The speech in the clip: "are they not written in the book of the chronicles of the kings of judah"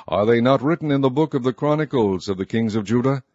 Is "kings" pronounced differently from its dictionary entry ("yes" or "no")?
no